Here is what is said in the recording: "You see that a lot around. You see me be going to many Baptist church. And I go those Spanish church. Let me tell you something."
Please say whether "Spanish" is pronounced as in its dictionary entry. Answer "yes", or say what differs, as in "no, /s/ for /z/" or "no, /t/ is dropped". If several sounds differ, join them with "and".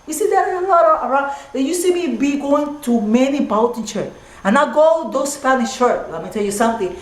no, /f/ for /p/